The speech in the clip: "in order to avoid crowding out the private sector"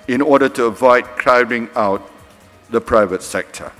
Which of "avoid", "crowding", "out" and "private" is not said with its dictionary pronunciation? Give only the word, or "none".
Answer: none